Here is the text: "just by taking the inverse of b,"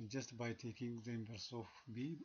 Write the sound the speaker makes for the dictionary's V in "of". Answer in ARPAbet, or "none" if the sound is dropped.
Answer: F